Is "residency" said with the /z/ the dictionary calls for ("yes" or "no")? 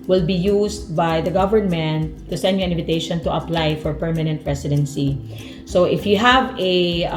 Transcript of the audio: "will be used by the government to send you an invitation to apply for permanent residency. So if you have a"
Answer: no